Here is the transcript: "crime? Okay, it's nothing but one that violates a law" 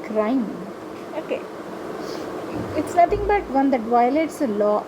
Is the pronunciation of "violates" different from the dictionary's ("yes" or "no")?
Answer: no